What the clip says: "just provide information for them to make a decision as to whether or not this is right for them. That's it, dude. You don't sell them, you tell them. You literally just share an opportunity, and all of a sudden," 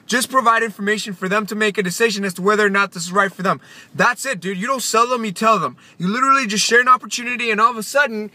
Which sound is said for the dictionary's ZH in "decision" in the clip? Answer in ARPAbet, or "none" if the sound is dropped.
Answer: ZH